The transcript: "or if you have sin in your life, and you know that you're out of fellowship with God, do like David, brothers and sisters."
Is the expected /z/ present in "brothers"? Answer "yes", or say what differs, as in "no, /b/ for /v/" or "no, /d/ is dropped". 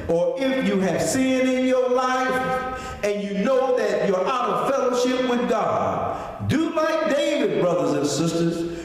yes